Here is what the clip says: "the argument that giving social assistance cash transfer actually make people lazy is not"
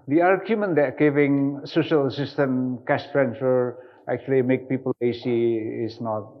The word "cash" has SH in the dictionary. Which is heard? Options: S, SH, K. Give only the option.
S